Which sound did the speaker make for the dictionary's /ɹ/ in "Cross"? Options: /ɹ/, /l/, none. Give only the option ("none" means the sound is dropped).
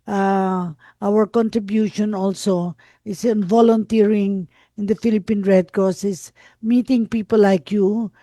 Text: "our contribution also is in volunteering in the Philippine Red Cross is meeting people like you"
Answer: none